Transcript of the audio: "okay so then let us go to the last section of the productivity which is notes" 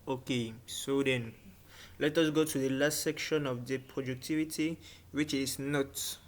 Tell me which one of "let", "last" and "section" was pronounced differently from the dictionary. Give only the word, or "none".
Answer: none